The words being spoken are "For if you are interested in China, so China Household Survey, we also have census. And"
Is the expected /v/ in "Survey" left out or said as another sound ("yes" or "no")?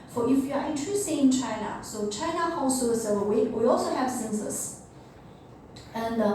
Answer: yes